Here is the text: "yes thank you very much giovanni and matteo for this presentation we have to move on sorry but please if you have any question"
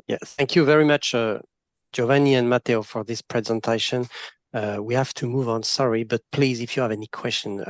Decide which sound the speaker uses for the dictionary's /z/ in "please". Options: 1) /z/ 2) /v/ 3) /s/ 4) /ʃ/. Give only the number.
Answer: 1